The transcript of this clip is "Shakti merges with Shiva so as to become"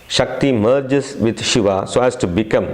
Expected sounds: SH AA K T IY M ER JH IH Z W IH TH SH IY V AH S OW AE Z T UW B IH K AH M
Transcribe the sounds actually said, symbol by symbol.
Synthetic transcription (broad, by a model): SH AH K T IY M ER JH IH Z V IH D SH IY V AH S OW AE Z T UW B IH K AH M